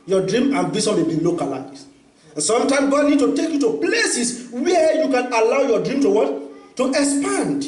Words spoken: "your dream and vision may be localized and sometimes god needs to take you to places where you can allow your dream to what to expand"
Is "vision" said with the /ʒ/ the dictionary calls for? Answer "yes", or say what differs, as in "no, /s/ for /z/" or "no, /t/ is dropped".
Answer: no, /s/ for /ʒ/